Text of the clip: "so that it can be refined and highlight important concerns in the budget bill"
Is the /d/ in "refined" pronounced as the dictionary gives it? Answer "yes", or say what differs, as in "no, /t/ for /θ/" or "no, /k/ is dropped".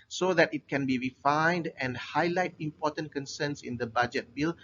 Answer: yes